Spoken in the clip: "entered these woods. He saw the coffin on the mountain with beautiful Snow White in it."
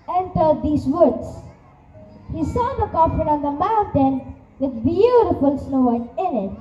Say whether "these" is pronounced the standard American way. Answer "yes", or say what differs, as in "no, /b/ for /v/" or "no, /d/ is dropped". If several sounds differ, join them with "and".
no, /s/ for /z/